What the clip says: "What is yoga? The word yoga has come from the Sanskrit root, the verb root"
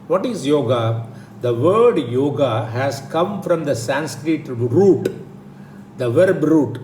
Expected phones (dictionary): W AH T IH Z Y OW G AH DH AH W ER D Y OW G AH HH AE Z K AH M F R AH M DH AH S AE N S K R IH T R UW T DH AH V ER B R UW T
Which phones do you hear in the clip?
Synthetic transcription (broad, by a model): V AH T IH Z Y OW G AH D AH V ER D Y OW G AH HH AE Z K AH M F R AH M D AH S AE N S K R IH T R UW T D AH V ER B R UW T